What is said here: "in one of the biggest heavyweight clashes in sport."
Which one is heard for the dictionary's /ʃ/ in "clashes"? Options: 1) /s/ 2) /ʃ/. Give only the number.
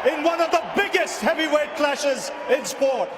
2